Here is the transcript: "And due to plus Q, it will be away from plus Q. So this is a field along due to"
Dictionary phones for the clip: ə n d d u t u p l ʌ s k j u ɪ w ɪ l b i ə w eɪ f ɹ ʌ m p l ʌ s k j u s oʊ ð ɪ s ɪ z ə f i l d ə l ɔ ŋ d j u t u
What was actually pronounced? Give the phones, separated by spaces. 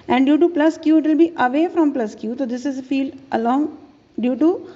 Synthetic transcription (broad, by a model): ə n d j u t u p l ʌ s k j u ɪ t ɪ l b i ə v eɪ f ɹ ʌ m p l ʌ s k j u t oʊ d ɪ s ɪ z ə f i l d ə l ɔ ŋ d j u t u